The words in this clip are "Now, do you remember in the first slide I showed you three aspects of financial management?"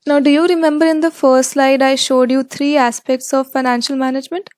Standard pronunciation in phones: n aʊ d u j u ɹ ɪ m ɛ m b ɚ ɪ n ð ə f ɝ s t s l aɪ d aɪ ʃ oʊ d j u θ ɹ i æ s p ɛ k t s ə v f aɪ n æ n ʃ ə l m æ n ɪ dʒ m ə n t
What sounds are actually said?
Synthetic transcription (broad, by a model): n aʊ d u j u ɹ ɪ m ɛ m b ɚ ɪ n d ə f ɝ s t s l aɪ d aɪ ʃ oʊ d j u t ɹ i æ s p ɛ k t s ə v f aɪ n æ n ʃ ə l m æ n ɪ dʒ m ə n t